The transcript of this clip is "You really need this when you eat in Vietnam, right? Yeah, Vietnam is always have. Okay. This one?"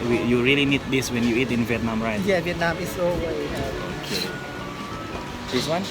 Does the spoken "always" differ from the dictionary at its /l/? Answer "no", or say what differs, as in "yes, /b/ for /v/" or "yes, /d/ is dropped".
yes, /l/ is dropped